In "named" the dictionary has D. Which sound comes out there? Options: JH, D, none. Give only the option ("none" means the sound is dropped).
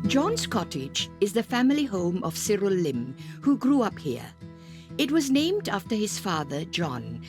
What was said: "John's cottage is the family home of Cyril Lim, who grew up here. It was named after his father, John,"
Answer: D